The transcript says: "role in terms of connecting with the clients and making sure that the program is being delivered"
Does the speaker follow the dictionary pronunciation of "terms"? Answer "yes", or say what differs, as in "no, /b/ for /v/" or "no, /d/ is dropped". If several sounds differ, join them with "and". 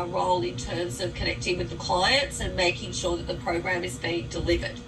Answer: yes